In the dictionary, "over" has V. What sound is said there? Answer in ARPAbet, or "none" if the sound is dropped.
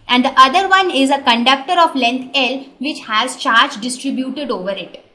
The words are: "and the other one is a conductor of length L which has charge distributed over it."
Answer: V